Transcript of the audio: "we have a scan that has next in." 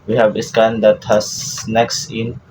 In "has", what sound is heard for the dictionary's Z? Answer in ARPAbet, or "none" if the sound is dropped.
S